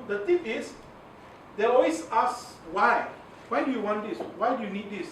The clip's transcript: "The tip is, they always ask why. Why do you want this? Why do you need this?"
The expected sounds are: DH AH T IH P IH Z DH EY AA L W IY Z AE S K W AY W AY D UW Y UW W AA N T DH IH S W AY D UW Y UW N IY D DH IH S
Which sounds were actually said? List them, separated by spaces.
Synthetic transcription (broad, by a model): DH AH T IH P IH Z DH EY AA W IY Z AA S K W AY W AY D UW Y UW W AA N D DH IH S W AY D UW Y UW N IY D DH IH S